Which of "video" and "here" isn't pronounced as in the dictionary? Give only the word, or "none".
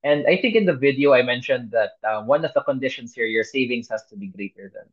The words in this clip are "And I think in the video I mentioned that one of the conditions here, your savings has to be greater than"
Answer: none